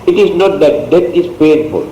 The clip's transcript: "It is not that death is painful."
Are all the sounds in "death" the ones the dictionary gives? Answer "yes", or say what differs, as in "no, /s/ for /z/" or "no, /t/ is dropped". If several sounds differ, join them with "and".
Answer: no, /t/ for /θ/